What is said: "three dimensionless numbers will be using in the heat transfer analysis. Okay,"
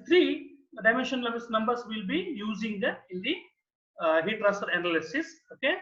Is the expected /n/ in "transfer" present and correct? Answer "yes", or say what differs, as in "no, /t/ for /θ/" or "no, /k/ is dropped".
no, /n/ is dropped